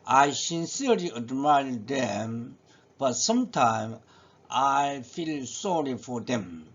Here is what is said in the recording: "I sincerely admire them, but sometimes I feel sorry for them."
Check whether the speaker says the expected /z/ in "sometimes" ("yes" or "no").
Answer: no